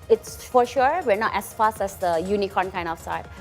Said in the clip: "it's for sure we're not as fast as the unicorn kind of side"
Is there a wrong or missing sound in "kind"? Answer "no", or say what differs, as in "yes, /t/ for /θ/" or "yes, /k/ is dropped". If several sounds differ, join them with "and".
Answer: yes, /d/ is dropped